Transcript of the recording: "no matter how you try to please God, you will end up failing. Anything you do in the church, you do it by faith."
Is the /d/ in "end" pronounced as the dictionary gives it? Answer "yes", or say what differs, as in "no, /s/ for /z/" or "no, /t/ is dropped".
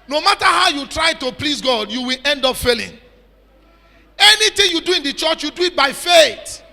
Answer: yes